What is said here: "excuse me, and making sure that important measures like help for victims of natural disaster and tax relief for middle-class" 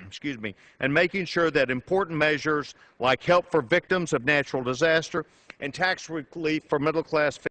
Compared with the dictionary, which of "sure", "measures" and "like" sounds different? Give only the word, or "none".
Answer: none